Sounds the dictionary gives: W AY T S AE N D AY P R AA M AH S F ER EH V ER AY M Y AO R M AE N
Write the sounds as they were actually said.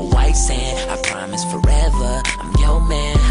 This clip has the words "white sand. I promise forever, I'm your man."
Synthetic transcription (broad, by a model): W AY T S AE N AY P R AA M AH S F ER EH V ER AY M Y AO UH M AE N